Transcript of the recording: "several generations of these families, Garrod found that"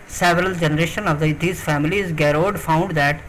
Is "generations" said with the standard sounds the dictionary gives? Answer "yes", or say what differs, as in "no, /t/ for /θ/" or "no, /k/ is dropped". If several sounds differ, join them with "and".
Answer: no, /z/ is dropped